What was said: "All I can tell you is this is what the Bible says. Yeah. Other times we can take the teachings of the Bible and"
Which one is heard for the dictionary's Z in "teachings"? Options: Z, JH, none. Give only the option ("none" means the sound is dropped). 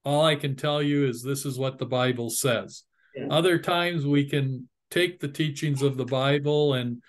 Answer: Z